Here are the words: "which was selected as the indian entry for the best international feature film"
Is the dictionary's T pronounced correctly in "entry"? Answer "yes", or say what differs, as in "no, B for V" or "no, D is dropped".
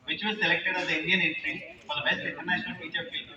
no, S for T